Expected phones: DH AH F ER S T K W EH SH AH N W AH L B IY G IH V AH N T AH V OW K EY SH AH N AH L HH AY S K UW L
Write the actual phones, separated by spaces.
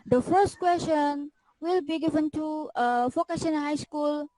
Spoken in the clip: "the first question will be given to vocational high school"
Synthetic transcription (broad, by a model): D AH F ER S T K W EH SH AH N W AH L B IY G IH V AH N T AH F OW K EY S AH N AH HH AY S K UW L